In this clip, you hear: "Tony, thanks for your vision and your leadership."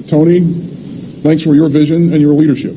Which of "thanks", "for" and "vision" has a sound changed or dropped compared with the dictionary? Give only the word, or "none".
none